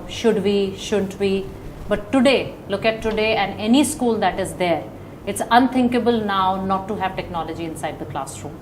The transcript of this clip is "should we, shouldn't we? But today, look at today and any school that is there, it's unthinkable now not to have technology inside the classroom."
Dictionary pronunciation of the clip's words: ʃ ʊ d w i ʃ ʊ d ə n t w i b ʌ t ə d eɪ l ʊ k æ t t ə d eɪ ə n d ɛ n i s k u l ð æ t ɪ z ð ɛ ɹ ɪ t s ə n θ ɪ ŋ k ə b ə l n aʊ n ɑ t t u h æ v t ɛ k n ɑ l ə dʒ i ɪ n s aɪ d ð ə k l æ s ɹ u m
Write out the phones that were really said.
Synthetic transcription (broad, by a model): ʃ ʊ d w i ʃ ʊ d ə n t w i b ʌ t ə d eɪ l ʊ k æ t t ə d eɪ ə n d ɛ n i s k u l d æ t ɪ z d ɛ ɹ ɪ t s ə n t ɪ ŋ k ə b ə l n aʊ n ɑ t t u h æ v t ɛ k n ɑ l ə dʒ i ɪ n s aɪ d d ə k l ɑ s ɹ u m